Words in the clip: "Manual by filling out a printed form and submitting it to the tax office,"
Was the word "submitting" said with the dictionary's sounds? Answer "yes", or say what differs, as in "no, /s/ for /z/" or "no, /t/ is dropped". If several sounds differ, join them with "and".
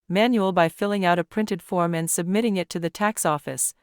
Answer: yes